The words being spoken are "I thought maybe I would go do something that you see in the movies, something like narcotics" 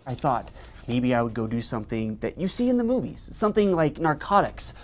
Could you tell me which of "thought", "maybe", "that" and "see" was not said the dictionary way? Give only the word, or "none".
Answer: none